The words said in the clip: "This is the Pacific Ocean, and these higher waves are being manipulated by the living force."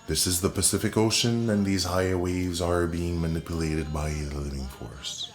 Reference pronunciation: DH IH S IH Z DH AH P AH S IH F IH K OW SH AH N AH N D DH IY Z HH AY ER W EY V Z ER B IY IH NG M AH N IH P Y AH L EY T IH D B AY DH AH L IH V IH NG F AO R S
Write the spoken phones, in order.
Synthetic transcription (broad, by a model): DH IH S IH Z DH AH P AH S IH F IH K OW SH AH N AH N DH IY Z HH AY ER W EY V Z ER B IY IH NG M AH N IH P Y AH L EY T IH D B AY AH L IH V IH NG F AO R S